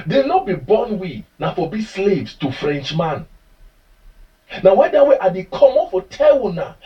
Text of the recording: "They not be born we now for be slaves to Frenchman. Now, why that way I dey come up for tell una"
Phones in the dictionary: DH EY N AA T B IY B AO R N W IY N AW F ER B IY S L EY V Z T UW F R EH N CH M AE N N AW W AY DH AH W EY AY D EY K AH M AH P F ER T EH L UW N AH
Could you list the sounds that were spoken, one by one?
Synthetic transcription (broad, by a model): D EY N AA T B IY B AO N W IY N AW F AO B IY S L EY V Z T UW F R EH N CH M AE N N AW W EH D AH W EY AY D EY K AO M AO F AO T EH W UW N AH